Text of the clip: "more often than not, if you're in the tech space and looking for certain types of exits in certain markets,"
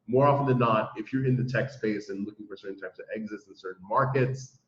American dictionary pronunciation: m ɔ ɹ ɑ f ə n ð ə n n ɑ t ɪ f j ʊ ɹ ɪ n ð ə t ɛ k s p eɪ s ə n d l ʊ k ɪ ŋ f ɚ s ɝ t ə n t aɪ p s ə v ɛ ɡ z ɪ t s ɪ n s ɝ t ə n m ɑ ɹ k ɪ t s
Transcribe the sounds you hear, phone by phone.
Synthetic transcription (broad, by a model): m ɔ ɹ ɑ f ə n ð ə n n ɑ t ɪ f j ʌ ɹ ɪ n ð ə t ɛ k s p eɪ s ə n l ʊ k ɪ ŋ f ɚ s ɝ t n t aɪ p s ə v ɛ ɡ z ɪ t s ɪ n s ɝ t n m ɑ ɹ k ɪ t s